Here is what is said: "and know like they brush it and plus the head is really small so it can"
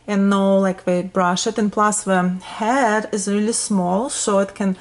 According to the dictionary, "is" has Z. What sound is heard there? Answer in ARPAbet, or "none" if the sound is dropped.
Z